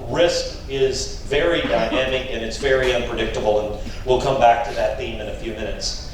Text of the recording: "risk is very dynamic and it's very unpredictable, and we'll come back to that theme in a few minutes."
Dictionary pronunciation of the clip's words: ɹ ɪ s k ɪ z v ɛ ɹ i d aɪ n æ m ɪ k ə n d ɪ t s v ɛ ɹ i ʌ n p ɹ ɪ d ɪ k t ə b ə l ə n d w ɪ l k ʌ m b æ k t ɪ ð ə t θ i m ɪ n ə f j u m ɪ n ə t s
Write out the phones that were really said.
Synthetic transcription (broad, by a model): ɹ ɪ s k ɪ z v ɛ ɹ i d aɪ n æ m ɪ k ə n ɪ t s v ɛ ɹ i ʌ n p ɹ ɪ d ɪ k t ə b l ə n w ɪ l k ʌ m b æ k t ɪ ð ə t θ i m ɪ n ə f j u m ɪ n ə t s